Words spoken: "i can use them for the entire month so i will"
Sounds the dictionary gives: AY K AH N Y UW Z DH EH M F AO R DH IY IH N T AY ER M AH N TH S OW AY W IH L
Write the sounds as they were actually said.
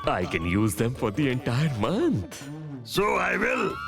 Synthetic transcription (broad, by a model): AY K AH N Y UW Z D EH M F AO R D IY IH N T AY ER M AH N T S OW AY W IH L